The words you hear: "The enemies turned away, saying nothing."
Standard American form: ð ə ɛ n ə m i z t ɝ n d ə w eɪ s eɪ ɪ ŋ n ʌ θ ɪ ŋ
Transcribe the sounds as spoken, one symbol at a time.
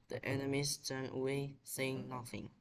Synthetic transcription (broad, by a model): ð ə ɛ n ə m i s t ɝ n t ə w eɪ s eɪ ɪ ŋ n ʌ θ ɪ ŋ